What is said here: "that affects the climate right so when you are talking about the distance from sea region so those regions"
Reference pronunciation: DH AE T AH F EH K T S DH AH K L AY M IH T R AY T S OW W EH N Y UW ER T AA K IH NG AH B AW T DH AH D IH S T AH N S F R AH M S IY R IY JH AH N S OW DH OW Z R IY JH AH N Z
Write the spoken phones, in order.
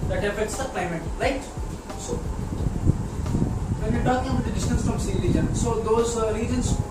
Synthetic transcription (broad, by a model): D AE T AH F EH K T S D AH K L AY M IH T R AY T S OW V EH N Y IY T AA K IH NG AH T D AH D IH S T AH N S F R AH M S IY L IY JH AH N S OW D OW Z R IY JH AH N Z